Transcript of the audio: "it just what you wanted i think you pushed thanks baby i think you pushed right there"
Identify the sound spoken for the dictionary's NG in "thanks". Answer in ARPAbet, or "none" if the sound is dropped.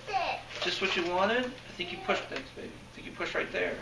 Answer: none